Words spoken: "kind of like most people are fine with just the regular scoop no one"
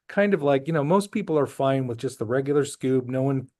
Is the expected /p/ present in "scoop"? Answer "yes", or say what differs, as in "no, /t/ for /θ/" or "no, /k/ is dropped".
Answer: no, /b/ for /p/